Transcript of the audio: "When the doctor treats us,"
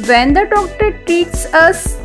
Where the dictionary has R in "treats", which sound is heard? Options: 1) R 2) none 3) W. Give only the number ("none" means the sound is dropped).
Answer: 2